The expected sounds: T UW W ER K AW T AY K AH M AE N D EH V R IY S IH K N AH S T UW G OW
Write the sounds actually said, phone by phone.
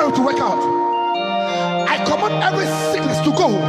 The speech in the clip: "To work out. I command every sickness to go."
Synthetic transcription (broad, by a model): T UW W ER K AW T AY K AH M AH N EH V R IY S IH K N AH S T UW G OW